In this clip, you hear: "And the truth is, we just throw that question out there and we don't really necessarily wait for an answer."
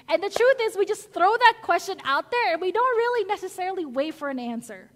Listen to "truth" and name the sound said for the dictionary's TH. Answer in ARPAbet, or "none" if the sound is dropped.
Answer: TH